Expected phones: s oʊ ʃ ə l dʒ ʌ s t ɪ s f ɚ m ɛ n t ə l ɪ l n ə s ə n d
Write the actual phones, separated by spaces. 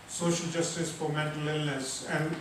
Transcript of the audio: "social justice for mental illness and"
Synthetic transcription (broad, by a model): s oʊ ʃ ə l dʒ ʌ s t ɪ s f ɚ m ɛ t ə l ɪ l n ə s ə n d